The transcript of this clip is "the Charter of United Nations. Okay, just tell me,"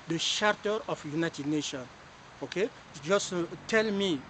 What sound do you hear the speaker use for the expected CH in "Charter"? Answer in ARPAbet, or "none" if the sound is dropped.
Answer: SH